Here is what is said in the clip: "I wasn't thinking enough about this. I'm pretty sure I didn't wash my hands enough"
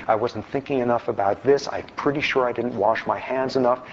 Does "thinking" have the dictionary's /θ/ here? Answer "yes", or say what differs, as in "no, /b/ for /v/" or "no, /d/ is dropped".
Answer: yes